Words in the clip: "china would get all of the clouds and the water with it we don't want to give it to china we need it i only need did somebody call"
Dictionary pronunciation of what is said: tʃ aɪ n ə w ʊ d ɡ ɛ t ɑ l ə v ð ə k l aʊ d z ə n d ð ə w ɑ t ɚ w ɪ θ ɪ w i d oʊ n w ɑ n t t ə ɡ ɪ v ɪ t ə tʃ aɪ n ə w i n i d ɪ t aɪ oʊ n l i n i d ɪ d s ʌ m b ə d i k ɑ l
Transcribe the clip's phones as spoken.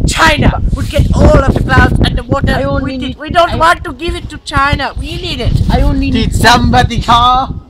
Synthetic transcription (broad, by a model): tʃ aɪ n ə w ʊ d ɡ ɛ t ɑ l ə v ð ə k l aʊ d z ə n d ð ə w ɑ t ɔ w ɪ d ɪ w i d oʊ n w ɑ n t t ə ɡ ɪ v ɪ t ə tʃ aɪ n ə w i n i d ɪ t aɪ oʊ l n i d ɪ d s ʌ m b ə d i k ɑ